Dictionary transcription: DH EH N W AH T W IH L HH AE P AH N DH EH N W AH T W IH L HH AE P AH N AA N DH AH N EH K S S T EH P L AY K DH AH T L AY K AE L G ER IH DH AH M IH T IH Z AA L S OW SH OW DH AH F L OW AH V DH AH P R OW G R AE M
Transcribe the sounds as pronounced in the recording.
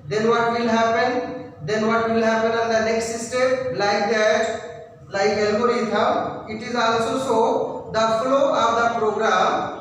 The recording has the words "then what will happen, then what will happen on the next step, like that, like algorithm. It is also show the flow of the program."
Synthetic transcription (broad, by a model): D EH N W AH T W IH L HH AE P AH N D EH N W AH T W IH L HH AE P AH N AA N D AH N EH K S S T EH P L AY K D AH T L AY K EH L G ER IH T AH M IH T IH Z AA L S OW S OW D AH F L OW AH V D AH P R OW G R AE M